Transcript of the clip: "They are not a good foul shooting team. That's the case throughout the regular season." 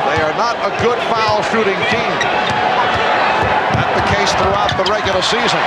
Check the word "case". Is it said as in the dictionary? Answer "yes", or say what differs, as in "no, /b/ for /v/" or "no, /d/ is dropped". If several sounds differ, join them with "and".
yes